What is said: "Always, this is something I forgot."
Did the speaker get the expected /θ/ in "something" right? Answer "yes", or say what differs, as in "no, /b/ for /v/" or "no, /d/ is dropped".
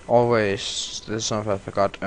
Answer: no, /f/ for /θ/